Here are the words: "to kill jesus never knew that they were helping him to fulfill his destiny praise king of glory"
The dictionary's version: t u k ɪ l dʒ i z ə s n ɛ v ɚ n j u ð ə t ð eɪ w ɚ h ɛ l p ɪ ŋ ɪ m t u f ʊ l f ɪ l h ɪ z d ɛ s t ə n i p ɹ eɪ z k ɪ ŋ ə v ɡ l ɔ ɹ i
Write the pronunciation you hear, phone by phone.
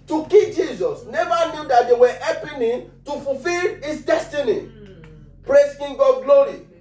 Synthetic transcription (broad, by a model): t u k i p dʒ i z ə s n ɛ v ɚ n j u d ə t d eɪ w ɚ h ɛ p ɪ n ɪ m t u f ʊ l f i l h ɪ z d ɛ s t ə n i p ɹ eɪ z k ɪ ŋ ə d ɡ l ɔ ɹ i